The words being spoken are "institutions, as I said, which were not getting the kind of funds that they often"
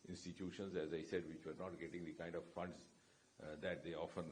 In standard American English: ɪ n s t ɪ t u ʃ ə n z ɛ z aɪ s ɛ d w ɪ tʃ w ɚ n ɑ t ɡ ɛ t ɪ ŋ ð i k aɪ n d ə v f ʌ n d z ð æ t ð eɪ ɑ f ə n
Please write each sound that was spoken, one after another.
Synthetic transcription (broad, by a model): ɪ n s t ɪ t u ʃ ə n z ɛ z aɪ s ɛ d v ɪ tʃ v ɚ n ɑ t ɡ ɛ t ɪ ŋ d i k aɪ n d ə v f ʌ n d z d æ t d eɪ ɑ f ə n